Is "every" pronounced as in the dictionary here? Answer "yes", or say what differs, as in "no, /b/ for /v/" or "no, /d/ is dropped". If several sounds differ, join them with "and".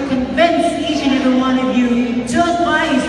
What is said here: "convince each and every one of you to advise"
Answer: no, /ɹ/ is dropped